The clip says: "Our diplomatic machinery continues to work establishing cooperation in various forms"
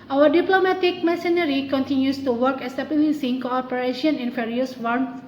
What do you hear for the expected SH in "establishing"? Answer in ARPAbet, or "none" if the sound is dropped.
S